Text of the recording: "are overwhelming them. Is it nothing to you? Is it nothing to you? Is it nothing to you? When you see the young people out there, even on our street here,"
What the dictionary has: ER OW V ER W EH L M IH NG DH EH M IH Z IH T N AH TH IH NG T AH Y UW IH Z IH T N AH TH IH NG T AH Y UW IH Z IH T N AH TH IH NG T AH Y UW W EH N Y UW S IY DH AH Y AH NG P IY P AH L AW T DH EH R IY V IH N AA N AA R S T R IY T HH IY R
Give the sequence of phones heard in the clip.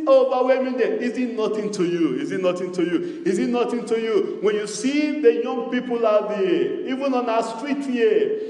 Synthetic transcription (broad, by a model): OW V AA W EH M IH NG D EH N IH Z IH T N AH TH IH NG T AH Y UW IH Z IH T N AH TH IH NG T AH Y UW IH Z IH T N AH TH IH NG T AH Y UW W EH N Y UW S IY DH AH Y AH NG P IY P AH L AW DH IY IY V IH N AA N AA S T R IY T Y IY